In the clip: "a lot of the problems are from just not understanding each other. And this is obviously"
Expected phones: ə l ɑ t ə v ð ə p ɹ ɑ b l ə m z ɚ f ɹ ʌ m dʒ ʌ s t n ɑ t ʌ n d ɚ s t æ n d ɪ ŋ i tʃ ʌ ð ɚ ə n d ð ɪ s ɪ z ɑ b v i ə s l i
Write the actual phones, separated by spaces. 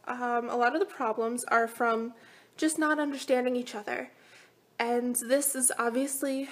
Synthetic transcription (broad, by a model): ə l ɑ t ə v ð ə p ɹ ɑ b l ə m z ɚ f ɹ ʌ m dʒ ʌ s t n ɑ t ʌ n d ɚ s t æ n d ɪ ŋ i tʃ ʌ ð ɚ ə n ð ɪ s ɪ z ɑ b v i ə s l i